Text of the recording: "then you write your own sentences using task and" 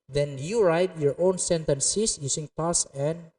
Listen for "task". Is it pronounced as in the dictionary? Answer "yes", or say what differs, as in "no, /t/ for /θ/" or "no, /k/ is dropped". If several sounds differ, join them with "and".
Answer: no, /k/ is dropped